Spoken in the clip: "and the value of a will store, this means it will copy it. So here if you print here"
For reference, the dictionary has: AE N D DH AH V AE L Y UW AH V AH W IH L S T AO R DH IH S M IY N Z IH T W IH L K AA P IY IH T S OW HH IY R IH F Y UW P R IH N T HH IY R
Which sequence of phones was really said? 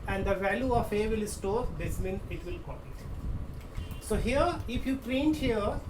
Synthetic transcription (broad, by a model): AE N D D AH V AE L Y UW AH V AH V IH L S T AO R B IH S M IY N IH T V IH L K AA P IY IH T S OW HH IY R IH F Y UW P R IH N T HH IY R